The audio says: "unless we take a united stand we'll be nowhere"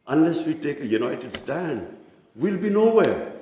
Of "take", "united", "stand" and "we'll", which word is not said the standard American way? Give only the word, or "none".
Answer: none